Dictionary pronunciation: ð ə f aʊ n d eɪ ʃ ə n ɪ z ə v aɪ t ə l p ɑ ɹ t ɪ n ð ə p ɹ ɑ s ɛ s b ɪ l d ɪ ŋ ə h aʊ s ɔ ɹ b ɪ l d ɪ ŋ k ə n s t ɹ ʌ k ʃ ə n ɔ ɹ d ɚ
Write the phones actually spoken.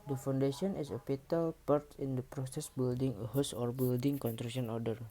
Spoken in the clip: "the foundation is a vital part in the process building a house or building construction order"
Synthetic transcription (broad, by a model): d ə f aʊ n d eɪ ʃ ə n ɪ s ə p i t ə l p ɑ ɹ t ɪ n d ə p ɹ ɑ s ɛ s b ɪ l d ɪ ŋ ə h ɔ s ɔ ɹ b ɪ l d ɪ ŋ k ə n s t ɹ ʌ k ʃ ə n ɔ ɹ d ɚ